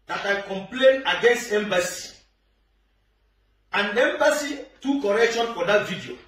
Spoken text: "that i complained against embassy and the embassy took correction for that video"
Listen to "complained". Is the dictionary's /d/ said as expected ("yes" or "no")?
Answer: no